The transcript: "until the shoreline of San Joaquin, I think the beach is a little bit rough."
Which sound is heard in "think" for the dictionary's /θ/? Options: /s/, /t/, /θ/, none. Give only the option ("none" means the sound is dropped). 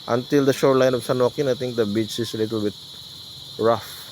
/t/